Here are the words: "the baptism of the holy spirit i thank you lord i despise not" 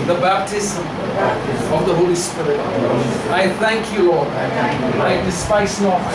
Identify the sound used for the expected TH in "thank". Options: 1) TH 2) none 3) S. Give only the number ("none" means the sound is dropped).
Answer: 1